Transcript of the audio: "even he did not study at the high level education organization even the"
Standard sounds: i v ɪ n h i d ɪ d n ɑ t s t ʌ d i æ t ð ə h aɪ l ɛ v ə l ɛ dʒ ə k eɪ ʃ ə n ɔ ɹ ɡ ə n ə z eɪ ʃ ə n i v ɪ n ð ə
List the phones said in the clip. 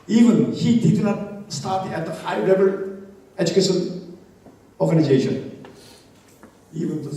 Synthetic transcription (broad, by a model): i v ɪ n h i d ɪ d n ɑ t s t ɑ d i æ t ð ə h aɪ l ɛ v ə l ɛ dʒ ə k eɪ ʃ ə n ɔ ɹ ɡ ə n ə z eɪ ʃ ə n i v ɪ n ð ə